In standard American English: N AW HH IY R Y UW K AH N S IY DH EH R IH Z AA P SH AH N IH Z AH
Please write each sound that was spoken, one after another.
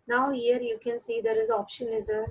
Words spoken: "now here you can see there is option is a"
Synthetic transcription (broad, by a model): N AW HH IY R Y UW K AH N S IY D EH R IH Z AA P SH AH N IH Z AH